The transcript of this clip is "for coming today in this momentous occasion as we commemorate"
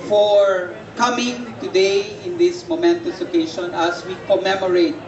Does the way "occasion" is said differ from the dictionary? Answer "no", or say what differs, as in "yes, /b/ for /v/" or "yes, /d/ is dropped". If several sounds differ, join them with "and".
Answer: yes, /ʃ/ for /ʒ/